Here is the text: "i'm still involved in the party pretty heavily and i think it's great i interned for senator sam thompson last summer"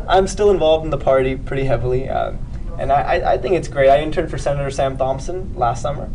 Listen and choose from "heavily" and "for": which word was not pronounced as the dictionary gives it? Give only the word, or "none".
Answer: heavily